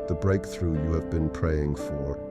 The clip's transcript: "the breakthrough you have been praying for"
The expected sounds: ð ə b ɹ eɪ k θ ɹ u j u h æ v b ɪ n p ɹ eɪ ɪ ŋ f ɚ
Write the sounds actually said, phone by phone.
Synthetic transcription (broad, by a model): ð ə b ɹ eɪ k θ ɹ u j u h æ v b ɪ n p ɹ eɪ ɪ ŋ f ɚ